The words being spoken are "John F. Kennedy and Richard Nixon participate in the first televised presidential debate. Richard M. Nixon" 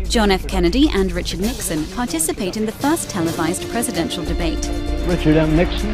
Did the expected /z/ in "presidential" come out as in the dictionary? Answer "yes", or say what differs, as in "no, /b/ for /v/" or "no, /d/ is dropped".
yes